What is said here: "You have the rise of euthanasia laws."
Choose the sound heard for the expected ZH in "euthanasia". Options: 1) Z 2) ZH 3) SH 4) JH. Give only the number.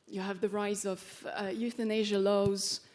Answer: 2